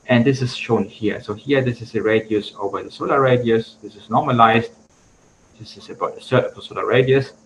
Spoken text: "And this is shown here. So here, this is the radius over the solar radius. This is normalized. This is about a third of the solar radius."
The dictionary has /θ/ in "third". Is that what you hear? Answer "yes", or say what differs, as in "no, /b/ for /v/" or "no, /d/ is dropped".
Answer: no, /s/ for /θ/